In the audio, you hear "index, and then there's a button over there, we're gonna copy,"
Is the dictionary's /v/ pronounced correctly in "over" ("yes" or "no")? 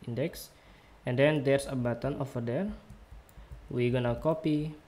no